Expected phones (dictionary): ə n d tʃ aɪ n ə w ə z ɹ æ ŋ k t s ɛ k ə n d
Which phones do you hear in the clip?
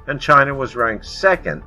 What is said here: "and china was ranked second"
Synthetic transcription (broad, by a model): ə n tʃ aɪ n ə w ə z ɹ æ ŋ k s ɛ k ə n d